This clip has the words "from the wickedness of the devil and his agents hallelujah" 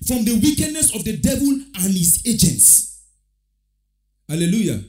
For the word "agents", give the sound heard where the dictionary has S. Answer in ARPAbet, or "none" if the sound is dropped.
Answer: S